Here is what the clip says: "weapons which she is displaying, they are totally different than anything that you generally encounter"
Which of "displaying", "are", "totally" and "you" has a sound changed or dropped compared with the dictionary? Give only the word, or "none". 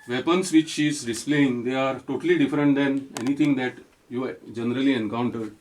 none